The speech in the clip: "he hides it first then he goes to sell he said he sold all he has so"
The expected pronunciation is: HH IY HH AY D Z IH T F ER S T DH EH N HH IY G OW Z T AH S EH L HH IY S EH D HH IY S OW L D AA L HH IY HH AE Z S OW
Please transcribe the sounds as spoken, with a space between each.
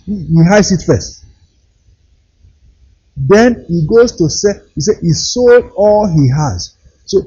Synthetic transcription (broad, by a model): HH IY HH AY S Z IH T F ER S T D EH N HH IY G OW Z T AH S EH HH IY S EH HH IY S OW L D AA L HH IY HH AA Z S OW